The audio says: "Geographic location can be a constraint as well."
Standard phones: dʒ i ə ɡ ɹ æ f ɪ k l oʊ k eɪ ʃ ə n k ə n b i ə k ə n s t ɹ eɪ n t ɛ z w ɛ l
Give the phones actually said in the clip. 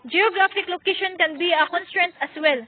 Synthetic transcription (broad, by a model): dʒ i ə ɡ ɹ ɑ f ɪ k l oʊ k eɪ ʃ ə n k ə n b i ə k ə n s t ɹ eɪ n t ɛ s w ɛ l